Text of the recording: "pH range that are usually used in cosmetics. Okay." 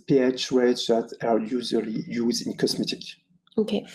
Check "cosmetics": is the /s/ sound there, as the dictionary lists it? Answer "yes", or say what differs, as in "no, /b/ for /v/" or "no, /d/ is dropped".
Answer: no, /s/ is dropped